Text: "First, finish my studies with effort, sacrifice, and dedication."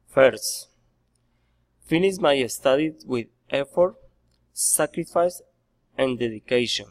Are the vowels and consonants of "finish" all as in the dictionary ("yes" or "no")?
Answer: no